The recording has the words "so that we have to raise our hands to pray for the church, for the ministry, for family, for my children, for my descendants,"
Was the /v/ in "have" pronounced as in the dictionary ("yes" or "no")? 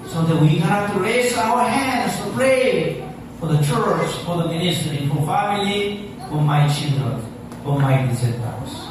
no